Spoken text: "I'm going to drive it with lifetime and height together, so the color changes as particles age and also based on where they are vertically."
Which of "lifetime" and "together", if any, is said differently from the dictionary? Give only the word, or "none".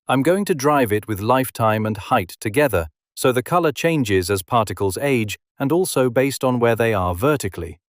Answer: none